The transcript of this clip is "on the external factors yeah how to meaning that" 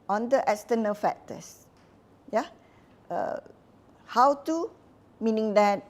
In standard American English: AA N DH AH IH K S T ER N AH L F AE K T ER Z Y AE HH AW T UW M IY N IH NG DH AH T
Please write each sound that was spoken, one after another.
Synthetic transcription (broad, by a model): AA N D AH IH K S T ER N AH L F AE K T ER S Y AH HH AW T UW M IY N IH NG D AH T